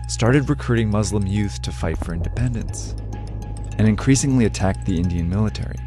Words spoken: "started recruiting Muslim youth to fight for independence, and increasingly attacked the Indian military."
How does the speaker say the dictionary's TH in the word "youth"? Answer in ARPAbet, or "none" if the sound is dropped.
TH